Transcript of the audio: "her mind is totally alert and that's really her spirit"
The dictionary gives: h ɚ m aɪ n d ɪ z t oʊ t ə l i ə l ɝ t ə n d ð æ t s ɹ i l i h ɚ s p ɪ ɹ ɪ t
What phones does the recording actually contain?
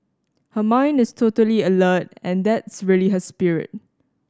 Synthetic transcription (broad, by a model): h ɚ m aɪ n d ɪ s t oʊ t ə l i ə l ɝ t ə n d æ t s ɹ i l i h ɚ s p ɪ ɹ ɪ t